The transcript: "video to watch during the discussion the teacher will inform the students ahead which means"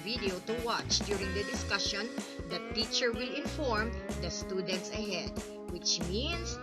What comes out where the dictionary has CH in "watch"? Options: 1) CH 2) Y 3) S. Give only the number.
1